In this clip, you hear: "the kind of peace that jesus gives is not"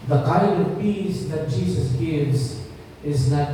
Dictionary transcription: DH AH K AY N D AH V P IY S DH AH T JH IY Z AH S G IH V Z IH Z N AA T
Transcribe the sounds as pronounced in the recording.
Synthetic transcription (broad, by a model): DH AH K AY N D AH V P IY S DH AH T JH IY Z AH S G IH V Z IH Z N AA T